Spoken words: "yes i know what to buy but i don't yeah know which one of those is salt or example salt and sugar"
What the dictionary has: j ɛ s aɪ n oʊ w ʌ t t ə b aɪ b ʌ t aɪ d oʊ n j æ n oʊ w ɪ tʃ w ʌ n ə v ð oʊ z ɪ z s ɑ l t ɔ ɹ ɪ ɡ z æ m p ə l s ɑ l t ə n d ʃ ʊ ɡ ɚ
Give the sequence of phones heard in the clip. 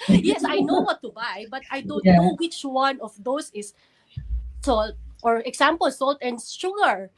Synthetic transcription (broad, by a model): j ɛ s aɪ n oʊ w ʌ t t ə b aɪ b ʌ t aɪ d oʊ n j n oʊ w ɪ tʃ w ʌ n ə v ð oʊ s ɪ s s ɑ l t ɔ ɹ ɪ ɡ s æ m p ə l s ɑ l t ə n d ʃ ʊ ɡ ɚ